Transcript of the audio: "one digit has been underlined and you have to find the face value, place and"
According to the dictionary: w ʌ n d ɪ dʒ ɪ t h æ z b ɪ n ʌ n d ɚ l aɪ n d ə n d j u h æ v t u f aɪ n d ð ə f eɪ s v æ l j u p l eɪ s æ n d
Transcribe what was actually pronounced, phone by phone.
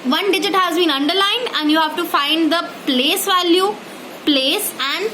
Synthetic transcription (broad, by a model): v ʌ n d ɪ dʒ ɪ t h æ z b ɪ n ʌ n d ɚ l aɪ n d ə n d j u h æ v t u f aɪ n d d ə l eɪ s v æ l j u p l eɪ s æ n d